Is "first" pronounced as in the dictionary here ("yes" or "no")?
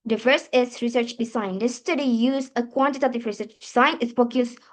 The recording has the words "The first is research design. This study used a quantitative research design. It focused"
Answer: no